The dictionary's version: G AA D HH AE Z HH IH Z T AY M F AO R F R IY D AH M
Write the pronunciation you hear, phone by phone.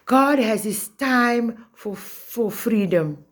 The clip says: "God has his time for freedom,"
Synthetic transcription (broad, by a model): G AA D HH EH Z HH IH S T AY M F AO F F R IY D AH M